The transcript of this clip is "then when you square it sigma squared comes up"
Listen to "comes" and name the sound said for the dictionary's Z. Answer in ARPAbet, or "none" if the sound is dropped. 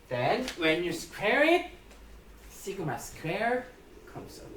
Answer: S